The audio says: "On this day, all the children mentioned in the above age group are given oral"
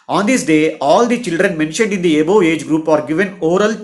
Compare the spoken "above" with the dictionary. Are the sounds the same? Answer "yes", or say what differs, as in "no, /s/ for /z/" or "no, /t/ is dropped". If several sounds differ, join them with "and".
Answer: no, /v/ is dropped